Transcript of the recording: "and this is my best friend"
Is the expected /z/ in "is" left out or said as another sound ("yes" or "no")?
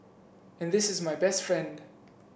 no